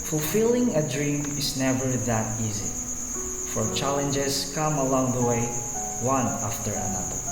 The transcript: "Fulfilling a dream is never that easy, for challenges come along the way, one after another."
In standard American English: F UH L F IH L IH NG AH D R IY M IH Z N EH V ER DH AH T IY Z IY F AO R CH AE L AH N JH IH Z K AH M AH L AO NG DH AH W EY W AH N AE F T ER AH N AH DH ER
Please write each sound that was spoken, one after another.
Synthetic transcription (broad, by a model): F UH L F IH L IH NG AH D R IY M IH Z N EH V ER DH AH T IY Z IY F AO R CH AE L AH N JH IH S K AH M AH L AO NG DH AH W EY W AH N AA F T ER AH N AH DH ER